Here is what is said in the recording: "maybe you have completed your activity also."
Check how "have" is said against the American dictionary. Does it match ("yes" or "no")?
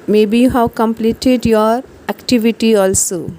no